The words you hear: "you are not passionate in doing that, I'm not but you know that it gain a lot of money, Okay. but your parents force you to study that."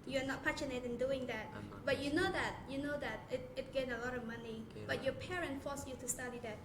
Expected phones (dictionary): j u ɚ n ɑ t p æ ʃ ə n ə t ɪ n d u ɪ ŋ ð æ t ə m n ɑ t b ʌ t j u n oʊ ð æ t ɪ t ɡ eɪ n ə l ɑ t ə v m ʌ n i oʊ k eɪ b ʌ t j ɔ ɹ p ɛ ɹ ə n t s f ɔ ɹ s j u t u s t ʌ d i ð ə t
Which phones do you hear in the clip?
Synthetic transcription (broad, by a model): j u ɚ n ɑ t p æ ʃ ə n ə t ɪ n d u ɪ ŋ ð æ t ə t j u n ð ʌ t j u n oʊ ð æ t ɪ t ɡ eɪ n ə l ɑ t ə v m ʌ n i b ʌ t j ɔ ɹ p ɛ ɹ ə n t f ɔ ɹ s j u t u s t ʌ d i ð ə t